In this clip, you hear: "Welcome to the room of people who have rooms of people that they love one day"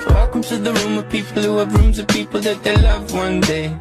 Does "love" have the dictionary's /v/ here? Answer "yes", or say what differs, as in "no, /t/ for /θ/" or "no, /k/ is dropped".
yes